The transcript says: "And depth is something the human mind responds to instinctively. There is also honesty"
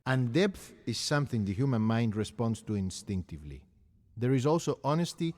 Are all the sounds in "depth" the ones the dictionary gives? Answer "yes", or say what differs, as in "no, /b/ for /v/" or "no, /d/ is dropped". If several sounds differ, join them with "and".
yes